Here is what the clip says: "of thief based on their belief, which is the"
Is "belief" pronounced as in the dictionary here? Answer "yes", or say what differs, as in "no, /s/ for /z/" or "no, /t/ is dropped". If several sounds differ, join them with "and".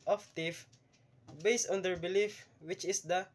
yes